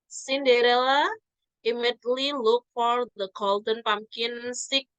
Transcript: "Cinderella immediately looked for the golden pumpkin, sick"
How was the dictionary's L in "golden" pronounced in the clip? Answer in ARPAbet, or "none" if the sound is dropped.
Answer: L